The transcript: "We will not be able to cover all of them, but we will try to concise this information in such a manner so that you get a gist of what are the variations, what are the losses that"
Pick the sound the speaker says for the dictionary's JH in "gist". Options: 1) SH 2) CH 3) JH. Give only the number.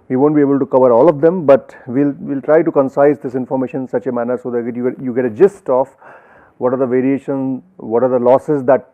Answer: 3